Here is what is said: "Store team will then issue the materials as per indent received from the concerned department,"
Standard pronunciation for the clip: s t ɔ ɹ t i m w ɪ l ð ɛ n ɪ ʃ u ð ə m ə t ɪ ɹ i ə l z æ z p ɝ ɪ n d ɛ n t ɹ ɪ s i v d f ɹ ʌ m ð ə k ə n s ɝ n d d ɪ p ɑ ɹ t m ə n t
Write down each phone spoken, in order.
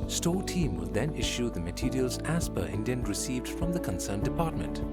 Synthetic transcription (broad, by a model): s t ɔ t i m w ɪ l ð ɛ n ɪ ʃ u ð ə m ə t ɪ ɹ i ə l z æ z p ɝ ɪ n d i n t ɹ ɪ s i v d f ɹ ʌ m ð ə k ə n s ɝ n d d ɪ p ɑ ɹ t m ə n t